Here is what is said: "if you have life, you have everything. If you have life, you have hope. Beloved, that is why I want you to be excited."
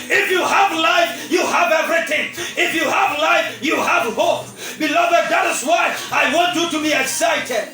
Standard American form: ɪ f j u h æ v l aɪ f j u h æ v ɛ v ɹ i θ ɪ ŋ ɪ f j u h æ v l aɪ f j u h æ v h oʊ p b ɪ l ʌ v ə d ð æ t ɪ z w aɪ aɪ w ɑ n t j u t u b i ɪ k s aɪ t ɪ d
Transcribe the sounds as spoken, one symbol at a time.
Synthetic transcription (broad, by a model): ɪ f j u h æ v l aɪ f j u h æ v ɛ v ɹ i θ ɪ ŋ ɪ f j u h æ v l aɪ f j u h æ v h oʊ p b ɪ l ʌ v ə d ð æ t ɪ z w aɪ aɪ w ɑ n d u t u b i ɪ k s aɪ t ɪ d